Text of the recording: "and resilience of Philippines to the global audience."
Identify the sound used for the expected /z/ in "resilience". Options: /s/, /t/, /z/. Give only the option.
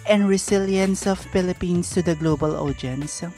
/s/